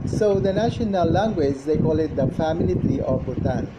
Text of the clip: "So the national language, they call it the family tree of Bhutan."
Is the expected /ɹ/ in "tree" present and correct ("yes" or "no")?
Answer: no